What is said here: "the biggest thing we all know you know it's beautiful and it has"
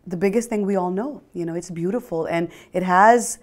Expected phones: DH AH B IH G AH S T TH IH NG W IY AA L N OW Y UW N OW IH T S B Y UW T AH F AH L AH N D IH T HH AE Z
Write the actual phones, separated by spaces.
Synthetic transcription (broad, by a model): DH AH B IH G AH S T TH IH NG W IY AA L N OW Y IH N OW IH T S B Y UW T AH F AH L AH N IH T HH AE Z